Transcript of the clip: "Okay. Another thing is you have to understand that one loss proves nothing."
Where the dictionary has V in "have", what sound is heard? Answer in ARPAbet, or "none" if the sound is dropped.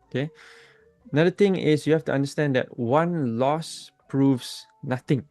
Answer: F